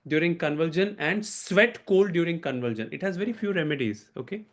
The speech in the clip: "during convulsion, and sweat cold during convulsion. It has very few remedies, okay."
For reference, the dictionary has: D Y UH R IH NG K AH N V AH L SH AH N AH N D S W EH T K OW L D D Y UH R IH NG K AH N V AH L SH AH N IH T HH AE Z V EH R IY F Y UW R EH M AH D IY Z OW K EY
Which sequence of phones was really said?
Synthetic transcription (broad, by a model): D Y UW R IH NG K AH N V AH L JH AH N AH N D S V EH T K OW L D D Y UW R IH NG K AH N V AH L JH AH N IH T HH AE Z V EH R IY F Y UW R EH M AH D IY Z OW K EY